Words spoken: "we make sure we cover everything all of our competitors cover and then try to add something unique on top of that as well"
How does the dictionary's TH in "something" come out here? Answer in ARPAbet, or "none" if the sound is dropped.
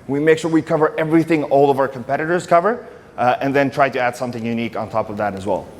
TH